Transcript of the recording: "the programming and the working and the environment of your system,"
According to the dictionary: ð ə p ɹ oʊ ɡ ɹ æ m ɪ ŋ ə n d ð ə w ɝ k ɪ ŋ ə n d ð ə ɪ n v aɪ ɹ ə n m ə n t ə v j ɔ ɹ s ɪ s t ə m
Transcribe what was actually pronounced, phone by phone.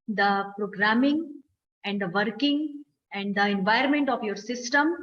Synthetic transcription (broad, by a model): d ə p ɹ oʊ ɡ ɹ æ m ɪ ŋ ə n d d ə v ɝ k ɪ ŋ ə n d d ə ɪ n v aɪ ə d m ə n t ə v j ɔ ɹ s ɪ s t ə m